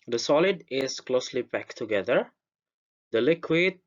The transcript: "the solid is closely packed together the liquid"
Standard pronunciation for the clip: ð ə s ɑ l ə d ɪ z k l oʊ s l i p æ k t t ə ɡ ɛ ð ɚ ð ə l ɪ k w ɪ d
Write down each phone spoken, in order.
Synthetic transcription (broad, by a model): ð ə s ɑ l ə d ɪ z k l oʊ s l i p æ k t t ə ɡ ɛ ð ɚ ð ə l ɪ k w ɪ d